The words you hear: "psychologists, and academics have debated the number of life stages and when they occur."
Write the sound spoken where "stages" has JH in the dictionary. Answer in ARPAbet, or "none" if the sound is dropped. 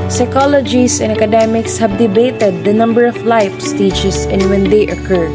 CH